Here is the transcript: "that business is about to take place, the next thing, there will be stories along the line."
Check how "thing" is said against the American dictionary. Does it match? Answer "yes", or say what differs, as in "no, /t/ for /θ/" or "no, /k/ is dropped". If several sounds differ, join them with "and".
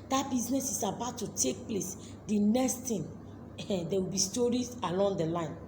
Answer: no, /t/ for /θ/